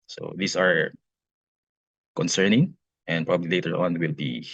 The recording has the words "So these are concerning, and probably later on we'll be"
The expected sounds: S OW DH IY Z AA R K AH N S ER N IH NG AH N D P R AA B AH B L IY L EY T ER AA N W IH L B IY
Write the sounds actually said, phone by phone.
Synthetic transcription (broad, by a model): S OW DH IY S AA R K AH N S ER N IH NG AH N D P R AA B AH B L IY L EY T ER AA N W IH L B IY